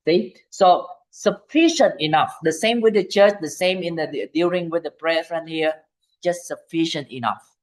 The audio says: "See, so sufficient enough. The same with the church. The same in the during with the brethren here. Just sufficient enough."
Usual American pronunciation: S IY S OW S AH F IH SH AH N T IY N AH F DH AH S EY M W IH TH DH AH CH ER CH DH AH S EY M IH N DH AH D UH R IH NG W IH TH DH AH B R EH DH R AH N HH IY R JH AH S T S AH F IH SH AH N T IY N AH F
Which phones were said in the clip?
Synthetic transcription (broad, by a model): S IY S OW S AH F IH SH AH N T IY N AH F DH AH S EY M W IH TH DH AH CH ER CH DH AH S EY M IH N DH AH D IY L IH NG W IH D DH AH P R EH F R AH N HH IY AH JH AH S T S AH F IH SH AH N T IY N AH F